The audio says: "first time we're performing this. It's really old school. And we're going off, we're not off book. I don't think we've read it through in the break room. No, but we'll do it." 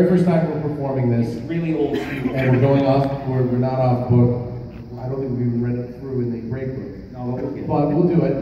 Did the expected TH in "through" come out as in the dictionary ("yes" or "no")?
yes